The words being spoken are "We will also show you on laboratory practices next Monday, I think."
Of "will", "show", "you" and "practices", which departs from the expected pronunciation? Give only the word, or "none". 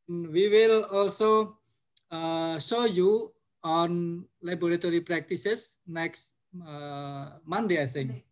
practices